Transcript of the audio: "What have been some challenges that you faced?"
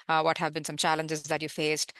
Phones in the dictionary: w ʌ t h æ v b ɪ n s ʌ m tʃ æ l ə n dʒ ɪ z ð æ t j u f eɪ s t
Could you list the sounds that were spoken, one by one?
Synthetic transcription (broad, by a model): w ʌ t h æ v b ɪ n s ʌ m tʃ æ l ə n dʒ ɪ z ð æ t j u f eɪ s t